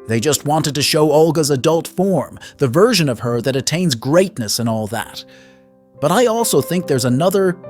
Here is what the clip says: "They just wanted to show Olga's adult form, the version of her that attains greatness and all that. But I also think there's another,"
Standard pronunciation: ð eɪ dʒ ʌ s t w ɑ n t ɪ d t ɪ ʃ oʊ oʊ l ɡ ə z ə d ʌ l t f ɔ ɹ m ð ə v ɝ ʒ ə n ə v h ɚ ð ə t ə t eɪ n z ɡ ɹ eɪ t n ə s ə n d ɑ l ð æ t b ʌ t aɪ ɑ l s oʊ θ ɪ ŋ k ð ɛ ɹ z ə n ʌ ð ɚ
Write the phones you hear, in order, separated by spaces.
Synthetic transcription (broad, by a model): ð eɪ dʒ ʌ s t w ɑ n t ɪ d t ɪ ʃ oʊ oʊ l ɡ ə z ə d ʌ l t f ɔ ɹ m ð ə v ɝ ʒ ə n ə v ɚ ð ə t ə t eɪ n z ɡ ɹ eɪ t n ə s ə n ɑ l ð æ t b ʌ t aɪ ɑ l s oʊ θ ɪ ŋ k ð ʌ ɹ z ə n ʌ ð ɚ